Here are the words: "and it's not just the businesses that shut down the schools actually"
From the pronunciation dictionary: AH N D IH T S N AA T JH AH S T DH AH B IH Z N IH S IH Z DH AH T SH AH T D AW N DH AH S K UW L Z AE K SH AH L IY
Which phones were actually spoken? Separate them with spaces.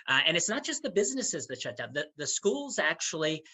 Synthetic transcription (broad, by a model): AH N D IH T S N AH T JH AH S T DH AH B IH Z N IH S IH Z DH AH T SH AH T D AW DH DH AH S K UW L Z AE K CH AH L IY